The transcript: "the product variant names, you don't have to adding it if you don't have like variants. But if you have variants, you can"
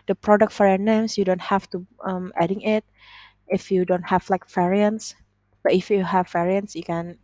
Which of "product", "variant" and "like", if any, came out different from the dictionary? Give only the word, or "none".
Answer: variant